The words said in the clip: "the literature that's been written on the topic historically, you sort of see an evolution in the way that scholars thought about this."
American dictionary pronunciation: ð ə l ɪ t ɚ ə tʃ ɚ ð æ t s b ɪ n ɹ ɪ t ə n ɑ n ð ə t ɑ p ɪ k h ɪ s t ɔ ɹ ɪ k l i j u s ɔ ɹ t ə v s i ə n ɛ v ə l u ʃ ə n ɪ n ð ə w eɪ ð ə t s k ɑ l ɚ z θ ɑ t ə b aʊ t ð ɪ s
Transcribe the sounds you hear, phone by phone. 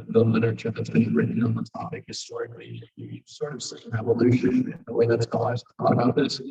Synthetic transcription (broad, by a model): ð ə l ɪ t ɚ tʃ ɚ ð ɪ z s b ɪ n ɹ ɪ t n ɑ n ð ə t ɑ p ɪ k h ɪ s t ɔ ɹ ɪ k l i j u s ɔ ɹ t ə v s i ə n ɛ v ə l u ʃ ɪ n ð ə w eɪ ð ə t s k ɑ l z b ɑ ə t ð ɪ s